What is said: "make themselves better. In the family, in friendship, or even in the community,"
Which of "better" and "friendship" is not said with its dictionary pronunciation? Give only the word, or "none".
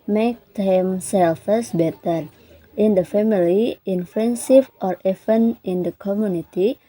friendship